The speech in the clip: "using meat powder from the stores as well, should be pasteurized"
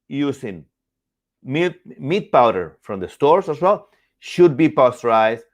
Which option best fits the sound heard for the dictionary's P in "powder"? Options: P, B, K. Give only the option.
P